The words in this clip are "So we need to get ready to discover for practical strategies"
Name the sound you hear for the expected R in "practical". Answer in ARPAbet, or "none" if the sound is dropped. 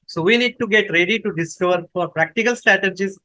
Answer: R